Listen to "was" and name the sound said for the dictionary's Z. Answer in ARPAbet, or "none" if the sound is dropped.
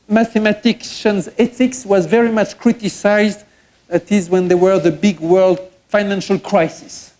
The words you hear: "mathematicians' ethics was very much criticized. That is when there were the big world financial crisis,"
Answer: Z